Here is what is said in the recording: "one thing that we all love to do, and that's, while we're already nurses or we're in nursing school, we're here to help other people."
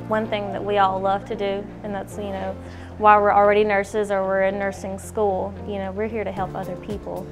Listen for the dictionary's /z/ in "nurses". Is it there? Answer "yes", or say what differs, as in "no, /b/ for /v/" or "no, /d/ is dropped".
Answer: yes